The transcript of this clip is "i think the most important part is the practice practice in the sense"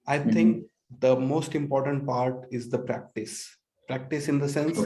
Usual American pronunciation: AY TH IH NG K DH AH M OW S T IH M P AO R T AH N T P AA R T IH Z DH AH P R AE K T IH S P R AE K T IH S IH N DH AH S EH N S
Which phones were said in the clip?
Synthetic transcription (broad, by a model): AY T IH NG K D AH M OW S T IH M P AO R T AH N T P AA R T IH Z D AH P R AE K T IH S P R AE K T IH S IH N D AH S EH N S